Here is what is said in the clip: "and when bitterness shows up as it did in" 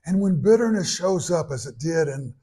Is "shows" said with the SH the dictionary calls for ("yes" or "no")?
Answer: yes